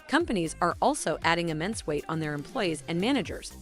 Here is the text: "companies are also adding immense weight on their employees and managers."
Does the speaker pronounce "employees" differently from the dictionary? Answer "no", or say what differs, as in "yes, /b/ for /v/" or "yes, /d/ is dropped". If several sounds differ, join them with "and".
no